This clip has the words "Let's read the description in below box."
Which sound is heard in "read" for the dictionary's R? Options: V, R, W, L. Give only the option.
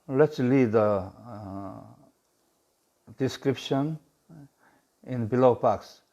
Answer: L